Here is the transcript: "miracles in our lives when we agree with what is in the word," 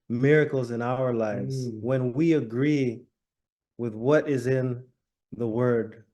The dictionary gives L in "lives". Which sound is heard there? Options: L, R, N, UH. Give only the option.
L